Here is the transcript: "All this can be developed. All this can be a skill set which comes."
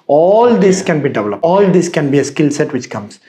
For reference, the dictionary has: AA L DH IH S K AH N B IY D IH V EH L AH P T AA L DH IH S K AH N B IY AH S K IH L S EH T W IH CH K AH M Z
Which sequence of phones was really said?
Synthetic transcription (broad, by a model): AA L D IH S K AH N B IY D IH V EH L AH P AA L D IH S K AH N B IY AH S K IH L S EH T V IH CH K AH M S